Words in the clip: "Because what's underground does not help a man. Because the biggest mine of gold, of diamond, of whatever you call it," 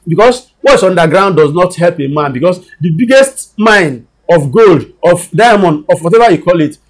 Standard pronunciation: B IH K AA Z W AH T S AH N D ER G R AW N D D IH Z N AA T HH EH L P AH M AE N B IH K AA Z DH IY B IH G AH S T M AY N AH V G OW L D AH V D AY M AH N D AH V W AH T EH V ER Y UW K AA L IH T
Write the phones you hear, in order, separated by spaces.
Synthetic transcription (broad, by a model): B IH K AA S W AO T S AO N D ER G R AW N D D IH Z N AA T HH EH L P AH M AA N B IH K AA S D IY B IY G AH S T M AY N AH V G OW L D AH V D AY M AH N AH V W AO T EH V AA Y UW K AA L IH T